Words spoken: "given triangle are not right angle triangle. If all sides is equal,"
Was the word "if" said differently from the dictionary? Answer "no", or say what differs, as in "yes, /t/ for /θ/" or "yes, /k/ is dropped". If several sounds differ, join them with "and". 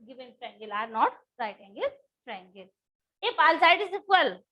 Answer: yes, /p/ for /f/